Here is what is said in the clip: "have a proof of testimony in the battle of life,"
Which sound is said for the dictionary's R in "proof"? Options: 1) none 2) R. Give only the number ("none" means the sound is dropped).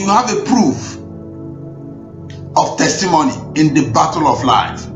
2